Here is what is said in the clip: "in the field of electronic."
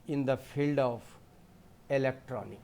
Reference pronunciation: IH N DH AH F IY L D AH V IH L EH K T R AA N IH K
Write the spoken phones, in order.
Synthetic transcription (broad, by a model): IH N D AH F IY L D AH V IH L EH K T R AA N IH K